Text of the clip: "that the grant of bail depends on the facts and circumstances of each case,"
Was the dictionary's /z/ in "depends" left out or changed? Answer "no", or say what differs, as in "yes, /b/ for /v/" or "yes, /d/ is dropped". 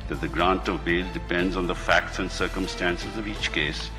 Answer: no